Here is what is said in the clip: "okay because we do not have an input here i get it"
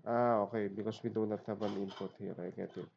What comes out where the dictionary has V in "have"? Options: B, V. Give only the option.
B